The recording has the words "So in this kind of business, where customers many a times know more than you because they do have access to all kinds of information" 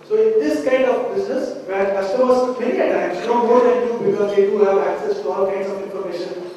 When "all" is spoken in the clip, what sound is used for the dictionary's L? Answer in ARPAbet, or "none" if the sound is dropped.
L